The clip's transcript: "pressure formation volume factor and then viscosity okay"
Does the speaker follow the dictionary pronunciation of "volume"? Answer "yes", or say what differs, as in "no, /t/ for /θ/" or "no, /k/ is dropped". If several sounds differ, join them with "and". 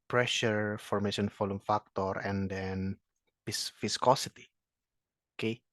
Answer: no, /f/ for /v/